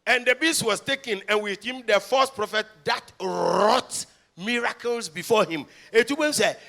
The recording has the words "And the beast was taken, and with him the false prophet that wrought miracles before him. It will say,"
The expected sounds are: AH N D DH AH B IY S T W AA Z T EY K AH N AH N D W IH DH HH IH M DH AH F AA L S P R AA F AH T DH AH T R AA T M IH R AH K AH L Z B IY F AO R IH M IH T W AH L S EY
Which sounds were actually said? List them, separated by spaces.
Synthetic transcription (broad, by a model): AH N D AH B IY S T W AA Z T EY K AH N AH N W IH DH HH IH M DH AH F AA S P R AA F AH T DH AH T R AA T M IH R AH K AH L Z B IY F AO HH IH M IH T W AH N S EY